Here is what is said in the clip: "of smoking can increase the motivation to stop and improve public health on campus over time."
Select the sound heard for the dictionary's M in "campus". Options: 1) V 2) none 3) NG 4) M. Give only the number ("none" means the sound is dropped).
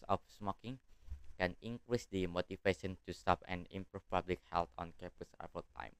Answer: 2